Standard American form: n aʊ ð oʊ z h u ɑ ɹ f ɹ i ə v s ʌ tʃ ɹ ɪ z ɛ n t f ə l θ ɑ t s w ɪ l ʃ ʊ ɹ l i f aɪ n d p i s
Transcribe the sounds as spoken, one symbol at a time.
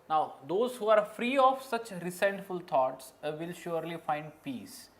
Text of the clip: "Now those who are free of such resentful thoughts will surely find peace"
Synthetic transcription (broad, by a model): n aʊ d oʊ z h u ɑ ɹ f ɹ i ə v s ʌ tʃ ɹ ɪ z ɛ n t f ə l t ɑ t s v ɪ l ʃ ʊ ɹ l i f aɪ n d p i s